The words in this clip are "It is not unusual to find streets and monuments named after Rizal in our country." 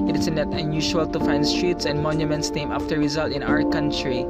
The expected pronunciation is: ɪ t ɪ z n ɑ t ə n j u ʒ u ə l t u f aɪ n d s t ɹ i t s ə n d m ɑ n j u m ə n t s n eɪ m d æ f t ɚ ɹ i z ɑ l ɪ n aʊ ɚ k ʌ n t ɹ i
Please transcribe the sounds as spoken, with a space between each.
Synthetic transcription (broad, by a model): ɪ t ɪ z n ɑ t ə n j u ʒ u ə l t u f aɪ n d s t ɹ i t s ə n d m ɑ n j u m ə n t s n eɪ m æ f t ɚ ɹ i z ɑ l ɪ n aʊ ɚ k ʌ n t ɹ i